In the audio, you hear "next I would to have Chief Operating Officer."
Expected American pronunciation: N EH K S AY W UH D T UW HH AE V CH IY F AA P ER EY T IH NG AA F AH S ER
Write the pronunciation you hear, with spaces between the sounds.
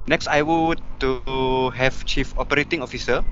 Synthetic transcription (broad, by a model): N EH K S AY W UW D T UW HH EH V CH IY F AA P ER EY T IH NG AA F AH S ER